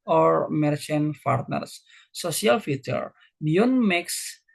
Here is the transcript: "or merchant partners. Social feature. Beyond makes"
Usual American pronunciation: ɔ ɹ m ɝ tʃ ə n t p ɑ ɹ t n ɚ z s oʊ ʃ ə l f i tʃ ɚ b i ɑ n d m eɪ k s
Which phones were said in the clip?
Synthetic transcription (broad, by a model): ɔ ɹ m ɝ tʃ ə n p ɑ ɹ t n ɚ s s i ə l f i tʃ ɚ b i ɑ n m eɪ k s